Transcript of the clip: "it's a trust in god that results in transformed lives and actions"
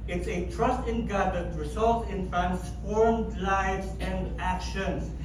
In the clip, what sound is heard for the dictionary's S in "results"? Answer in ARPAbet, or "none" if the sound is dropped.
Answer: none